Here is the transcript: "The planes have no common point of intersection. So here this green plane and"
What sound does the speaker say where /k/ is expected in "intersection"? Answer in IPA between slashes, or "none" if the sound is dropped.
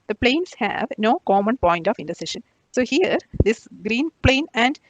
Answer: none